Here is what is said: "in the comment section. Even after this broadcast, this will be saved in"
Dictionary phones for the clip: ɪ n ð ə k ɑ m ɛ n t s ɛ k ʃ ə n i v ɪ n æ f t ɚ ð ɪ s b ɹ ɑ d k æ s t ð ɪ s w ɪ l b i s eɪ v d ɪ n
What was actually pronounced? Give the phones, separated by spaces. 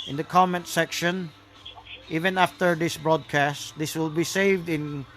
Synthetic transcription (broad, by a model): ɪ n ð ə k ɑ m ɛ n t s ɛ k ʃ ə n i v ɪ n æ f t ɚ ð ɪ s b ɹ ɑ d k æ s t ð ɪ s w ɪ l b i s eɪ v d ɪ n